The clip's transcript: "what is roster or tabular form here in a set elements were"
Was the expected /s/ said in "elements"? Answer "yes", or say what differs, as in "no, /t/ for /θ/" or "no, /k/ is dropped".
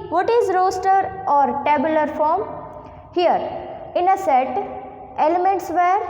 yes